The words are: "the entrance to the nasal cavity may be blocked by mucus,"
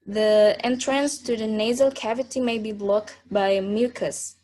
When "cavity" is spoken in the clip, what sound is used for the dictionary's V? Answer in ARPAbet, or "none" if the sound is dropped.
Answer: V